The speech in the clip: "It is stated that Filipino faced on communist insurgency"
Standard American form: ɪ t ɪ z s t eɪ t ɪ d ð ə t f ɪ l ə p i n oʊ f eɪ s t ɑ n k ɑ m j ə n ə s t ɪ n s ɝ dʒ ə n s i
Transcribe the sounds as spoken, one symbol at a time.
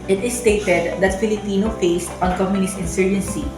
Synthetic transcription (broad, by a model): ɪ t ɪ s t eɪ t ɪ d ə t f ɪ l ə p i n oʊ f eɪ s t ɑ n k ɑ m j ə n ə s t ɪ n s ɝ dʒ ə n s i